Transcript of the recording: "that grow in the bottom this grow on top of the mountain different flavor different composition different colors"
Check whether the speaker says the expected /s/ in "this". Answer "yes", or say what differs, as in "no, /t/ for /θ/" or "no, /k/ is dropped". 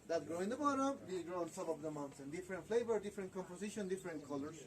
no, /s/ is dropped